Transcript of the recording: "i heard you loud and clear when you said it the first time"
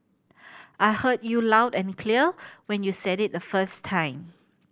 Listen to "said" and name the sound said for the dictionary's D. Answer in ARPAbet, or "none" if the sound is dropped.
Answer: D